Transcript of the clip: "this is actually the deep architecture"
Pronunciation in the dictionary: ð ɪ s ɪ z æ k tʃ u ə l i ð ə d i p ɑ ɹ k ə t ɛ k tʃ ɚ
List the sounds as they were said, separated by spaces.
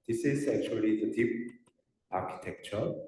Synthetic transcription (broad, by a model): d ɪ s ɪ z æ k tʃ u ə l i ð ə d i p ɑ ɹ k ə t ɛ k tʃ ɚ